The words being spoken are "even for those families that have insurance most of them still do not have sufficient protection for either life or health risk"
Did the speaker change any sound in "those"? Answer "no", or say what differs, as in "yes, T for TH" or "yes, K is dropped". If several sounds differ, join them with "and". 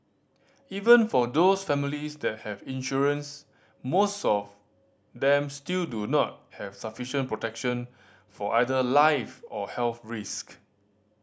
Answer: yes, S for Z